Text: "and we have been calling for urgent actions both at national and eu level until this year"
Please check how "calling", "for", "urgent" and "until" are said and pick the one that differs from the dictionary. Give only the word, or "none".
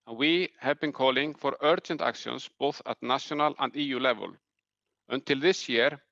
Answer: urgent